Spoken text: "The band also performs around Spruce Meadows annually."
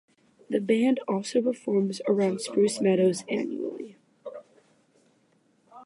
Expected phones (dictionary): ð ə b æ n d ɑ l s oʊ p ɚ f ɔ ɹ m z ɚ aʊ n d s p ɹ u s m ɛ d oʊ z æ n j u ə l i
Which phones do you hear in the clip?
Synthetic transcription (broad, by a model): ð ə b æ n d ɑ l s oʊ p ɚ f ɔ ɹ m z ɚ aʊ n d s p ɹ u s m ɛ d oʊ z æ n j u l i